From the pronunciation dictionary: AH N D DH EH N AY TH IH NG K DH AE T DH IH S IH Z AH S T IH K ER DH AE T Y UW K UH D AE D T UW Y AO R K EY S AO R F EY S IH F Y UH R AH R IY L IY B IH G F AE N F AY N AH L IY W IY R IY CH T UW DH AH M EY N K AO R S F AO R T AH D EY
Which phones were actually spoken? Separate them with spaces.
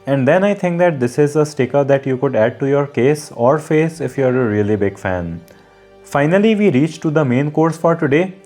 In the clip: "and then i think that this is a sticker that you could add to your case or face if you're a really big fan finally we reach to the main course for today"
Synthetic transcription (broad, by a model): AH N D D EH N AY T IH NG K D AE T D IH S IH Z AH S T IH K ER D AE T Y UW K UH D AE D T UW Y AO R K EY S AO R F EY S IH F Y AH R AH R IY L IY B IH G F AE N F AY N AH L IY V IY R IY CH T UW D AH M EY N K AO R S F AO R T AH D EY